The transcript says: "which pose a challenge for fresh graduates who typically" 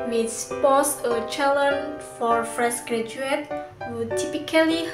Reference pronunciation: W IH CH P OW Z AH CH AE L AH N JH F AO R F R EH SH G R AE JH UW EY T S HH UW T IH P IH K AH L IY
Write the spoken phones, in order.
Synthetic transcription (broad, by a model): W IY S P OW S AH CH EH L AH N F AO R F R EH S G R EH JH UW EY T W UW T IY P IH K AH L IY